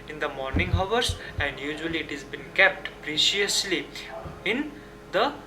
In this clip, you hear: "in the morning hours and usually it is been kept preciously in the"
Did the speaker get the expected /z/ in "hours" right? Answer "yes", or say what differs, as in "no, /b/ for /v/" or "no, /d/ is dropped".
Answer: no, /s/ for /z/